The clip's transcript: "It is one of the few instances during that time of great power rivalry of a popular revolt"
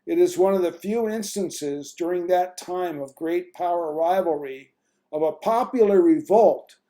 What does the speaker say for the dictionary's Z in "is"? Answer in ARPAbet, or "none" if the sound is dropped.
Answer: Z